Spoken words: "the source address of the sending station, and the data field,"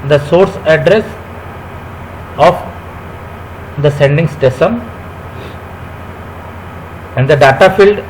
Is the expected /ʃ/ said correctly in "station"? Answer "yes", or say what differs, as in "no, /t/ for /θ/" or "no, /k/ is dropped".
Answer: no, /s/ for /ʃ/